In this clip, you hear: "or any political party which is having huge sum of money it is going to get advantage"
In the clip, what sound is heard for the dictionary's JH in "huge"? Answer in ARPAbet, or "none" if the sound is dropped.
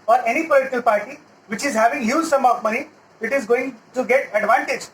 Z